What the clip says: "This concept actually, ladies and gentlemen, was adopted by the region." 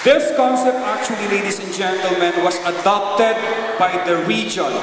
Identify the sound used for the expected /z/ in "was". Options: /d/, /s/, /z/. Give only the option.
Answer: /s/